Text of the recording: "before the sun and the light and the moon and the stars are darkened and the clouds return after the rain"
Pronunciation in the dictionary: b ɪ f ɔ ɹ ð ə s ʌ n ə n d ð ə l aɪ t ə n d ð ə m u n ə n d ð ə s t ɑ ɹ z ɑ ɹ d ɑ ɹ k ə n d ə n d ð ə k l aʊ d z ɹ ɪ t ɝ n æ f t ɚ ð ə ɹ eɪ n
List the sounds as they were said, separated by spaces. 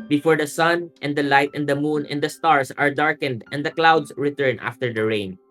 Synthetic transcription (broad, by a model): b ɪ f ɔ ɹ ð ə s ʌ n ə n d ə l aɪ t ə n d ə m u n ə n d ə s t ɑ ɹ s ɑ ɹ d ɑ ɹ k ə n d ə n d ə k l aʊ d s ɹ ɪ t ɝ n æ f t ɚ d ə ɹ eɪ n